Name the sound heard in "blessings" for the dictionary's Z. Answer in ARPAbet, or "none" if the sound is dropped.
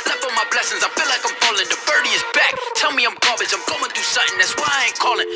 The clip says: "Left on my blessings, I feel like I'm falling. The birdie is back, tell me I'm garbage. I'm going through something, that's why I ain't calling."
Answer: Z